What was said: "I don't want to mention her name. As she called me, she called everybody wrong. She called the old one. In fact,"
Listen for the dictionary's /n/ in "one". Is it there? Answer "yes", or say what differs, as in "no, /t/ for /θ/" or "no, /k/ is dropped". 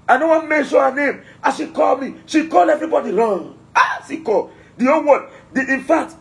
no, /n/ is dropped